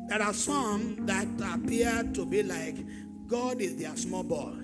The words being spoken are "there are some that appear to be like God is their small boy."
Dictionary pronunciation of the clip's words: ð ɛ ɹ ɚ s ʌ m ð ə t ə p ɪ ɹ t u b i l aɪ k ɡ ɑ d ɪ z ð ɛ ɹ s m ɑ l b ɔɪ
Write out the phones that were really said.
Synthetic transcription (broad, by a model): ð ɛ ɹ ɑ s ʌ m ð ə t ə p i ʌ t u b i l aɪ k ɡ ɑ d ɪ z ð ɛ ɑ s m ɑ l b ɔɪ